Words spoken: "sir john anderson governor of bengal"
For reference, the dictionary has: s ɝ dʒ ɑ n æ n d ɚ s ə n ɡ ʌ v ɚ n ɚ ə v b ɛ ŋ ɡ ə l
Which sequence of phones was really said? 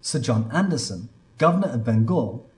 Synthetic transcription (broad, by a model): s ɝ dʒ ɑ n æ n d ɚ s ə n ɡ ʌ v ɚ n ɚ ə v b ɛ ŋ ɡ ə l